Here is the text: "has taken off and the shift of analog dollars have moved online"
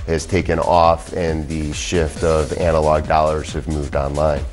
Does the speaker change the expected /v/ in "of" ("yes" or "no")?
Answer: no